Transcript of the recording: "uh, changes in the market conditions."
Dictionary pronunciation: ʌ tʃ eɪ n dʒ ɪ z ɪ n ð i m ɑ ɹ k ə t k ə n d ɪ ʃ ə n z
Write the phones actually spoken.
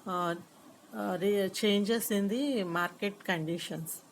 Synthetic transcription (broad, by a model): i tʃ eɪ n dʒ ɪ s ɪ n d i m ɑ ɹ k ə t k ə n d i ʃ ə n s